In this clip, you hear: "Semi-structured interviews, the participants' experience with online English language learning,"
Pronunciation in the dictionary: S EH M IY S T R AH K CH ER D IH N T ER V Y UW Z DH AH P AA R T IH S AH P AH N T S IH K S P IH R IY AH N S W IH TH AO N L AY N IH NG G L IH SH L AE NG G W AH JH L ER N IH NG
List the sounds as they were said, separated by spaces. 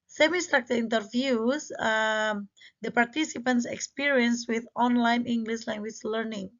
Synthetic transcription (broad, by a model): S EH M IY S T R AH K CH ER IH N T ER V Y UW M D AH P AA R T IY S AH P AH N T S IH K S P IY R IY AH N S W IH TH AO N L AY N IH NG G L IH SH L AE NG G W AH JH L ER N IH NG